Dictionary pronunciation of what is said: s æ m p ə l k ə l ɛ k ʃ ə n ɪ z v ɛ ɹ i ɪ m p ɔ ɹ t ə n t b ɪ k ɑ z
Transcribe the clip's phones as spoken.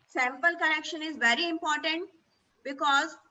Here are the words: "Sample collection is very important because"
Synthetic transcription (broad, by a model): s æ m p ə l k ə n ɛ k ʃ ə n ɪ z v ɛ ɹ i ɪ m p ɔ ɹ t ə n t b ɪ k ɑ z